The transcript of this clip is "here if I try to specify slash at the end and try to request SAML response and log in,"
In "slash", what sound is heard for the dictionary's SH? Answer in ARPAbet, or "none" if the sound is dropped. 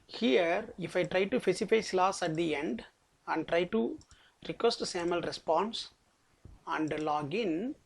S